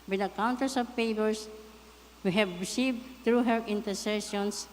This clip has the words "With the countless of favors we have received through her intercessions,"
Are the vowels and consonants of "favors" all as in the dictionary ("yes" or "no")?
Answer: no